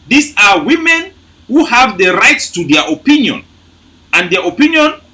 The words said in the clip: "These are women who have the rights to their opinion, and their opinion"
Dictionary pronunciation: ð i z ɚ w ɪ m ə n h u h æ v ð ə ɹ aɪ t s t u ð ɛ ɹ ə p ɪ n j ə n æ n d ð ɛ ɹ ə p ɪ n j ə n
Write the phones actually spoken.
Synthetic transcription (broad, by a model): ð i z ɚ w ɪ m ə n h u h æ v ð ə ɹ aɪ t s t u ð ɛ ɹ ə p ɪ n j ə n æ n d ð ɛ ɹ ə p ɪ n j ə n